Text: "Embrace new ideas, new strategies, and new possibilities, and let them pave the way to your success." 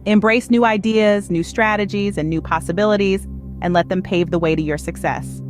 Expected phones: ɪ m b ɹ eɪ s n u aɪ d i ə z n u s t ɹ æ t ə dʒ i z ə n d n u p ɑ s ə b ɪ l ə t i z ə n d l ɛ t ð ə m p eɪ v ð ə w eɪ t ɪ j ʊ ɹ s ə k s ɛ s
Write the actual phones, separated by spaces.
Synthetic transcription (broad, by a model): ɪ m b ɹ eɪ s n u aɪ d i ə z n u s t ɹ æ t ə dʒ i z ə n n u p ɑ s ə b ɪ l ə t i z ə n l ɛ t ð ə m p eɪ v ð ə w eɪ t ɪ j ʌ ɹ s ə k s ɛ s